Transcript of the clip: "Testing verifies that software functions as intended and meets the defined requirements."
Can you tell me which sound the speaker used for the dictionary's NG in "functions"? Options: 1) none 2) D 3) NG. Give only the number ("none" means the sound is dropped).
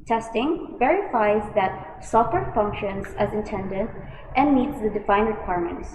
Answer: 3